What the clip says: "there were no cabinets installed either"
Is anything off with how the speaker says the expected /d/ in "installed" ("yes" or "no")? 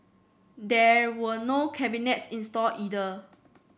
yes